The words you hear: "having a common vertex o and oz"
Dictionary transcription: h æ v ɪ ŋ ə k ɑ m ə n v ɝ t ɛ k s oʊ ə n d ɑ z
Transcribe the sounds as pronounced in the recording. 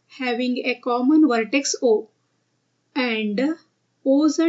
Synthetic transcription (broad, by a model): h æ v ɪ ŋ ə k ɑ m ə n v ɝ t ɛ k s oʊ ə n d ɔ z